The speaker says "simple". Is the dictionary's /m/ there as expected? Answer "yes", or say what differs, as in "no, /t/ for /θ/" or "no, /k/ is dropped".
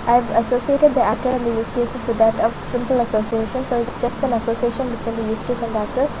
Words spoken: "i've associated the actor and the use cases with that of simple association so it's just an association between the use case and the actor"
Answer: yes